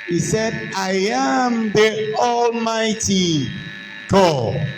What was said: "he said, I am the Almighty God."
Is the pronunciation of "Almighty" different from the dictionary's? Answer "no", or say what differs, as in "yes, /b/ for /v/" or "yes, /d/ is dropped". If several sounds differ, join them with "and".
no